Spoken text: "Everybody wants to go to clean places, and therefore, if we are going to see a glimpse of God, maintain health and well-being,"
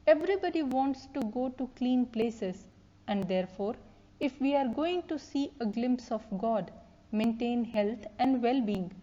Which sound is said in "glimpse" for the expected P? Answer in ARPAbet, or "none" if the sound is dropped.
P